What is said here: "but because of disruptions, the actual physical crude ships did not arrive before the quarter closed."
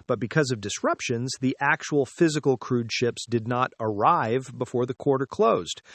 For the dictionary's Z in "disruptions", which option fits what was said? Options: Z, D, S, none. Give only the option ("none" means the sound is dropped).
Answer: Z